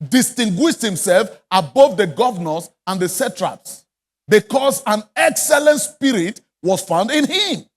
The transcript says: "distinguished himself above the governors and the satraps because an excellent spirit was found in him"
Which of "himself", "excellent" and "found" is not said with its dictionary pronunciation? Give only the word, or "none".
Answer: none